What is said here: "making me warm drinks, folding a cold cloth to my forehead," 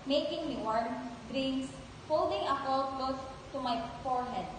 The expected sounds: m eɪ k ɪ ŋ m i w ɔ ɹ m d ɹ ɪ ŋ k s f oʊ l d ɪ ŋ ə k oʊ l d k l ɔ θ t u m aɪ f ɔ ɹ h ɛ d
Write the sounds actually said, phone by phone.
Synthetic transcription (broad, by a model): m eɪ k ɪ ŋ m i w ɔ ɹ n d ɹ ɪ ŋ s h oʊ l d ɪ ŋ ə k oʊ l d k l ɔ s t u m aɪ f ɔ ɹ h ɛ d